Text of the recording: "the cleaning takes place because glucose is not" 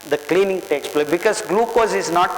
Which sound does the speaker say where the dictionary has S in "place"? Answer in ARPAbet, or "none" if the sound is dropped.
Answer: none